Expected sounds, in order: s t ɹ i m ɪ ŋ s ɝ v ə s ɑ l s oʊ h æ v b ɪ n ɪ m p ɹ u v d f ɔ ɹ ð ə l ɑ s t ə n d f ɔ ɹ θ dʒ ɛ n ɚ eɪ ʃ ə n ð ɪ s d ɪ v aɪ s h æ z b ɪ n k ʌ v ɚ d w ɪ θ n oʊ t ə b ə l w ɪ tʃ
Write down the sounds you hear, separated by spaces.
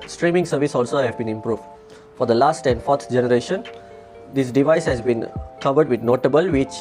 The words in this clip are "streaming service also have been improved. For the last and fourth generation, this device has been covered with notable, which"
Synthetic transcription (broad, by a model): s t ɹ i m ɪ ŋ s ɝ v ə s ɑ l s oʊ h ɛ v b ɪ n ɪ m p ɹ u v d f ɔ ɹ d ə l ɑ s t ə n d f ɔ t dʒ ɛ n ɚ eɪ ʃ ə n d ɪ s d ɪ v aɪ s h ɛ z b ɪ n k ʌ v ɚ d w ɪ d n oʊ t ə b ə l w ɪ tʃ